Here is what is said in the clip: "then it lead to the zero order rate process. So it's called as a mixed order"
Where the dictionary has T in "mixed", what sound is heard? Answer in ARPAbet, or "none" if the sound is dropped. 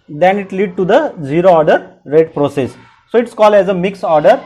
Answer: none